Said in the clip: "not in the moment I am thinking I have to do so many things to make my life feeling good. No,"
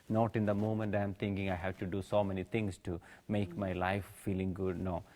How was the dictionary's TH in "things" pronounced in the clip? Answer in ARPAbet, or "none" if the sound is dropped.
T